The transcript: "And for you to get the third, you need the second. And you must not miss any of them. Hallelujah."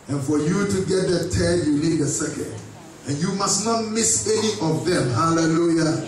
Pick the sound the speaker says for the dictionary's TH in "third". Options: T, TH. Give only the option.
T